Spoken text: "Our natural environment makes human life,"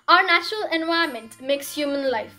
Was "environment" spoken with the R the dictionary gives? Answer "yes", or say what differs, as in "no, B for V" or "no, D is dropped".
no, R is dropped